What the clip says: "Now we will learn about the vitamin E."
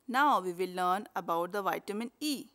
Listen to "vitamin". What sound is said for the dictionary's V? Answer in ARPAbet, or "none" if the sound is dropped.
V